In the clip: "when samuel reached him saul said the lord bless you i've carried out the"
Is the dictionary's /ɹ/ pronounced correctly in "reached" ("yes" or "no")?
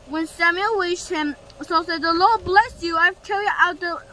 no